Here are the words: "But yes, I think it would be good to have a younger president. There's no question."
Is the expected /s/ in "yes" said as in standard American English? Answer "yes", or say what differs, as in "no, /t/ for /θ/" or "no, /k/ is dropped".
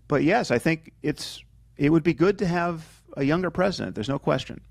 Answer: yes